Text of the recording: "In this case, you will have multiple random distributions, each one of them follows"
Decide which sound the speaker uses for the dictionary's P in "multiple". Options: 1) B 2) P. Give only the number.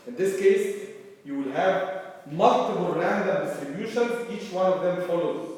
1